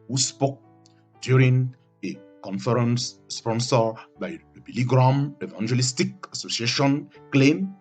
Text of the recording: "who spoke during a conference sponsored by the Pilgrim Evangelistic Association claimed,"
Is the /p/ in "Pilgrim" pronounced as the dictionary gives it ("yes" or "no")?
no